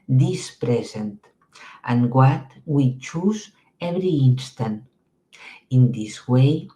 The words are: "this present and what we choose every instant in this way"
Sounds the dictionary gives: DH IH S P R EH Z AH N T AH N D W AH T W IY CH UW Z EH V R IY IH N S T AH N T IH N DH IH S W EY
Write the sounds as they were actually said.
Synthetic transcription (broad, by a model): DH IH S P R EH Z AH N T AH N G W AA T W IY CH UW Z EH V R IY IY N S T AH N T IH N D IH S W EY